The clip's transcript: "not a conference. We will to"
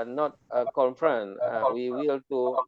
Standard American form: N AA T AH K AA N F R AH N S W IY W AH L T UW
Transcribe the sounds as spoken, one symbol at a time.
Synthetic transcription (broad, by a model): N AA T AH K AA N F R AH N W IY W AH L T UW